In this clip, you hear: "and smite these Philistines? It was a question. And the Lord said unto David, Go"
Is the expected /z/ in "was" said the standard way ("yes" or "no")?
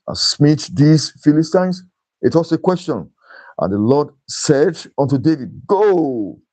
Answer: no